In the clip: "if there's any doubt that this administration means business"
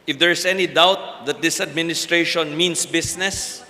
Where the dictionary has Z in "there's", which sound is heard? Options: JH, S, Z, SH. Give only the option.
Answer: S